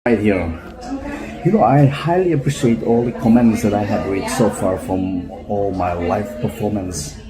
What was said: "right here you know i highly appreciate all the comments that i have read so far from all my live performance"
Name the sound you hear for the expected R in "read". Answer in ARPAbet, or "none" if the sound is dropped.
W